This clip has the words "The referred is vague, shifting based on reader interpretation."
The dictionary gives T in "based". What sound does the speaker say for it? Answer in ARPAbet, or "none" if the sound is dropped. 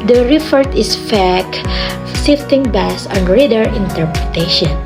none